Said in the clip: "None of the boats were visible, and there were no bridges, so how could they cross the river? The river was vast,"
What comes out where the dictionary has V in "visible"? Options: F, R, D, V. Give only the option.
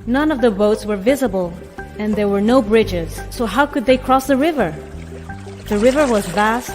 V